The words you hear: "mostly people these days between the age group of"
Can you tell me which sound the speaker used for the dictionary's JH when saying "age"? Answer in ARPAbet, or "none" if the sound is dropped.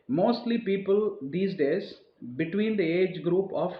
JH